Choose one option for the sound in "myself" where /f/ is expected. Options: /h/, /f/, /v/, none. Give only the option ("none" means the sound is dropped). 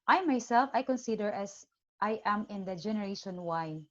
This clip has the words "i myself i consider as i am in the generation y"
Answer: /f/